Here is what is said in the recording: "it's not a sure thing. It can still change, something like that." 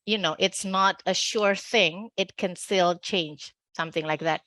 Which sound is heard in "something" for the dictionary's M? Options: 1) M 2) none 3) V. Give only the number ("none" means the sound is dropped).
1